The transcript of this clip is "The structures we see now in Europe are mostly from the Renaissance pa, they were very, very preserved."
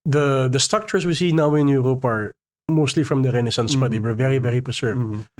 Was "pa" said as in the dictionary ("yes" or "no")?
no